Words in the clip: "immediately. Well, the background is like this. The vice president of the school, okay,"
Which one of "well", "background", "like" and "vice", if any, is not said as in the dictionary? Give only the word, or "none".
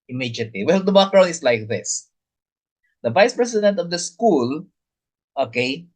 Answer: background